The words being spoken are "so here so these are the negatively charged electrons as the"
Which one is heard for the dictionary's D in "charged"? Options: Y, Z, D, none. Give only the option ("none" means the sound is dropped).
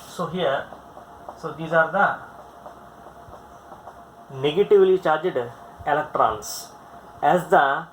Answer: D